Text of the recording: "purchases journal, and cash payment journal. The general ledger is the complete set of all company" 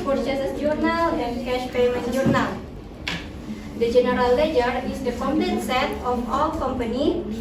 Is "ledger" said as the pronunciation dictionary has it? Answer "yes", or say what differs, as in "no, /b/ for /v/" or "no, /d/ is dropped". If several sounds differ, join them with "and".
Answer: yes